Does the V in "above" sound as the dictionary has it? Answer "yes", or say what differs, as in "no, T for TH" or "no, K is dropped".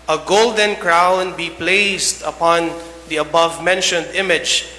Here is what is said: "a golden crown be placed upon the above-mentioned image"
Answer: yes